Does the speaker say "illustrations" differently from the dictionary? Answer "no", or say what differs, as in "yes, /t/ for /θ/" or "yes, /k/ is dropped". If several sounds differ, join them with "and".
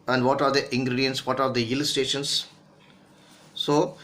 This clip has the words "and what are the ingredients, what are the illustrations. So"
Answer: yes, /ɹ/ is dropped